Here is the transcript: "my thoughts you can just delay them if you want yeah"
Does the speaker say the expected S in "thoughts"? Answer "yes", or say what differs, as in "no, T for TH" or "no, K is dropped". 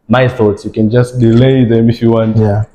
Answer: yes